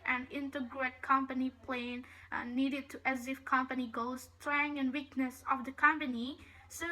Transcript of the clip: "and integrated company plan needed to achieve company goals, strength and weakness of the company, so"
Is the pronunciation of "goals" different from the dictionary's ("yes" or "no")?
yes